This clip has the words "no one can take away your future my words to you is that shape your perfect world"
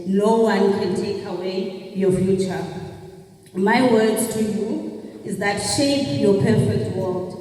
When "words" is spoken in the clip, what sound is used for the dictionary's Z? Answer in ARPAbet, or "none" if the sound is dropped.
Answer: none